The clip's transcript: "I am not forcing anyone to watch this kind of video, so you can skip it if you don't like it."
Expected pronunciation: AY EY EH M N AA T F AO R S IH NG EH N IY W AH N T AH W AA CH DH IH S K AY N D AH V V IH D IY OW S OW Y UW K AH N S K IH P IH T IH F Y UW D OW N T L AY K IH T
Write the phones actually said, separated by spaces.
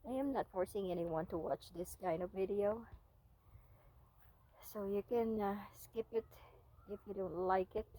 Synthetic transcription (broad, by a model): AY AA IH M N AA T F AO R S IH NG EH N IY W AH N T AH W AA CH DH IH S K AY N D AH V V IH D IY OW S OW Y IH K AH N S K IH P IH T IH F Y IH D OW N T L AY K IH T